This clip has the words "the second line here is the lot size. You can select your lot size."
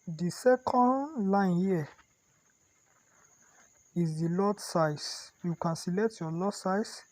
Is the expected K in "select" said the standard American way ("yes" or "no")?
no